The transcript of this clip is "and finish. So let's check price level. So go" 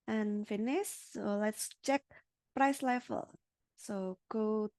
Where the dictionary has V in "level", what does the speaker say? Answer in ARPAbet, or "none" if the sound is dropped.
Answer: F